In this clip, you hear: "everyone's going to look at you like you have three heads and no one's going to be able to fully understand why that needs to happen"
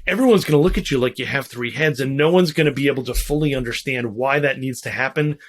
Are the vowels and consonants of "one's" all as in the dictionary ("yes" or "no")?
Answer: yes